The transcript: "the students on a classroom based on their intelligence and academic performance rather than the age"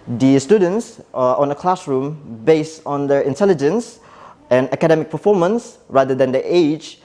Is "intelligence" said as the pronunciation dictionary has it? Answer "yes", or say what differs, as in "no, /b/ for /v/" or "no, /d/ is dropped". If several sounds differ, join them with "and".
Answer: yes